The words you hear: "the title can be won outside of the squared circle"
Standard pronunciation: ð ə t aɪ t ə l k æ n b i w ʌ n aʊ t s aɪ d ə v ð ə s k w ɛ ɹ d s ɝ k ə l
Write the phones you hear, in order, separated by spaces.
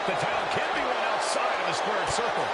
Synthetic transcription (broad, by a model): ð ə t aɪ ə n k æ n b i w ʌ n aʊ t s aɪ d ə v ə s k w ɛ ɹ d s ɝ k l